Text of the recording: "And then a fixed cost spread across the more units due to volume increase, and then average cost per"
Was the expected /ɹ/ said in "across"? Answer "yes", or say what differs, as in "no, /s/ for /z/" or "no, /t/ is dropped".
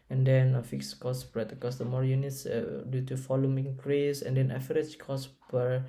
no, /ɹ/ is dropped